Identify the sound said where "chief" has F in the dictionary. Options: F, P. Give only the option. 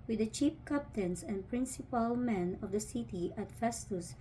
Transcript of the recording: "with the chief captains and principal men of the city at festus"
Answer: P